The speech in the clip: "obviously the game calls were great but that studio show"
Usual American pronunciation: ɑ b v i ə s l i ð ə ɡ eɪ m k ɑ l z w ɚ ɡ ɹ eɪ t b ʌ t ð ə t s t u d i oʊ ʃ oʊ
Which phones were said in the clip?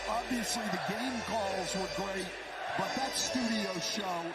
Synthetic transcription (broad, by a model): ɑ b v i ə s l i ð ə ɡ eɪ m k ɑ l z w ɚ ɡ ɹ eɪ t b ʌ t ð ə t s t u d i oʊ ʃ oʊ